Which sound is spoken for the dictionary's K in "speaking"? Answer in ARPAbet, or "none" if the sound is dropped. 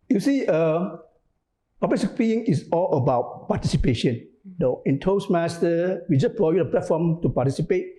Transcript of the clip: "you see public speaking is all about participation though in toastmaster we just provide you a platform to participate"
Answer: none